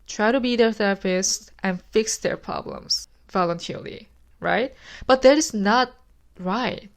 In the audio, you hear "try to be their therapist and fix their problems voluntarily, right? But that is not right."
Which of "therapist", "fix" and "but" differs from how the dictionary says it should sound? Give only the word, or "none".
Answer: therapist